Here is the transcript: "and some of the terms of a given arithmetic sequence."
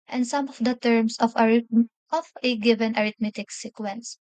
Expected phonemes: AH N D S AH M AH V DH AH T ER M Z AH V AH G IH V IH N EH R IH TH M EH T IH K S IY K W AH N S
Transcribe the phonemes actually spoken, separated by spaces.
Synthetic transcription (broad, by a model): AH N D S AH M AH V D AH T ER M S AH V AH G IH V IH N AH R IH T M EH T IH K S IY K W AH N S